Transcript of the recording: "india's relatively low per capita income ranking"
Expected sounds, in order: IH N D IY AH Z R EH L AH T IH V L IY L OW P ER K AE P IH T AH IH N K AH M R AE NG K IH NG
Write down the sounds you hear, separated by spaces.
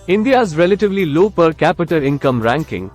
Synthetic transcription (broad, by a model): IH N D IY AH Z R EH L AH T IH V L IY L OW P ER K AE P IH T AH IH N K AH M R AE NG K IH NG